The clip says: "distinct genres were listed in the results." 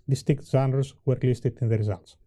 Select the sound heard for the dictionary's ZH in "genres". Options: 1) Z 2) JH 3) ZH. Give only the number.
1